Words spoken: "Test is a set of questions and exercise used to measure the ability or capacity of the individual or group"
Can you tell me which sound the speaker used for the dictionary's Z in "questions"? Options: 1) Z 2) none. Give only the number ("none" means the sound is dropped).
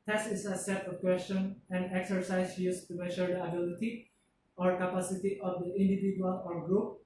2